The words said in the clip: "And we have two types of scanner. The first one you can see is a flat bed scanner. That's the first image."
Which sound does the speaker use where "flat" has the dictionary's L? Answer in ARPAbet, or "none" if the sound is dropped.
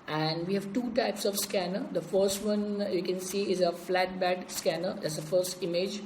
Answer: L